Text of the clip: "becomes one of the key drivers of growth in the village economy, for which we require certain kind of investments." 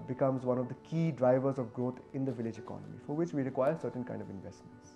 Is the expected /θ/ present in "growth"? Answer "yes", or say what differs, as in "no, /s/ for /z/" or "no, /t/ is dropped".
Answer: no, /t/ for /θ/